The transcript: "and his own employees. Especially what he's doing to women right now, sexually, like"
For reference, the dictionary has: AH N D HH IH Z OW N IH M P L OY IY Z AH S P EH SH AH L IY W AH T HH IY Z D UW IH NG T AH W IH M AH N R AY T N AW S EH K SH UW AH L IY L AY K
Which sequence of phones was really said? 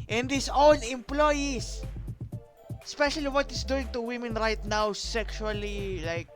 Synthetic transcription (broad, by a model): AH N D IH S OW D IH M P L OY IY S AH S P EH SH AH L IY W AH T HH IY S D UW IH NG T AH W IH M AH N R AY T N AW S EH K SH UW AH L IY L AY K